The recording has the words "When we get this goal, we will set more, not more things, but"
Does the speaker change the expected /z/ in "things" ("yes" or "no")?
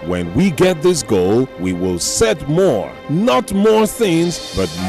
no